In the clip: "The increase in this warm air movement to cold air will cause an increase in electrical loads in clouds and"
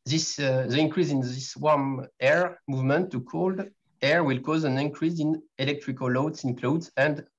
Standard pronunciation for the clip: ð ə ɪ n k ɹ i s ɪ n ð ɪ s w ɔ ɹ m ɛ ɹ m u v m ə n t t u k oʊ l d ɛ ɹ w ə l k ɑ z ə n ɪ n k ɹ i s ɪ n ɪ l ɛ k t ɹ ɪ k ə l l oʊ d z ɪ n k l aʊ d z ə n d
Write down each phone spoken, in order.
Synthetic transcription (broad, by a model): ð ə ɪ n k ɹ i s ɪ n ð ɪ s w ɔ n ɛ ɹ m u v m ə n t t u k oʊ l d ɛ ɹ w ə l k ɑ z ə n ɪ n k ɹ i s ɪ n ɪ l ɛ k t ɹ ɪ k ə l l oʊ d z ɪ n k l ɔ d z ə n d